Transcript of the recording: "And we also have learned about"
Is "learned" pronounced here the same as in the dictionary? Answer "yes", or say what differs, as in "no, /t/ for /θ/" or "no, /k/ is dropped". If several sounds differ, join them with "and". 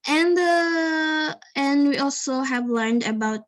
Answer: yes